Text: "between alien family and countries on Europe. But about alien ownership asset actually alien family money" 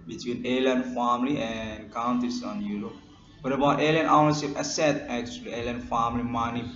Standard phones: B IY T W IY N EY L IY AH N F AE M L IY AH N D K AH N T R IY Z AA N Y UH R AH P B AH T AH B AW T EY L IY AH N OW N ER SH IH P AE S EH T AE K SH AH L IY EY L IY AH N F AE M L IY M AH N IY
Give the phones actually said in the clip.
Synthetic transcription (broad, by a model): B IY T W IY N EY L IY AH N F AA M L IY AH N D K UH N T IY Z AA N Y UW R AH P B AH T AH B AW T EY L IY AH N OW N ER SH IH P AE S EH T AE K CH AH L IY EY L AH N F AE M L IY M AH N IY